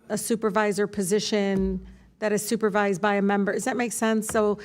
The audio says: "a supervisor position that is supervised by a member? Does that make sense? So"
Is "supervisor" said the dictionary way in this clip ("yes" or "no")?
yes